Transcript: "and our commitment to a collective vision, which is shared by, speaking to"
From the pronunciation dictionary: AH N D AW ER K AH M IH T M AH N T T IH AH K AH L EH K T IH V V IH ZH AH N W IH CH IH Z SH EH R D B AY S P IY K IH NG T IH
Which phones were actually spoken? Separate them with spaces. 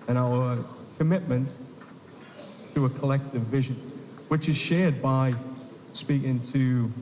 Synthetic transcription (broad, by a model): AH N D AW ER K AH M IH T M AH N T T IH AH K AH L EH K T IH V V IH ZH AH N W IH CH IH Z SH EH R D B AY S P IY K IH NG T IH